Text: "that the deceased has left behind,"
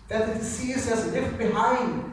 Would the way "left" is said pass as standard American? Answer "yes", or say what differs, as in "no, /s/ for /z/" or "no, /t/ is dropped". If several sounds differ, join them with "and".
no, /n/ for /l/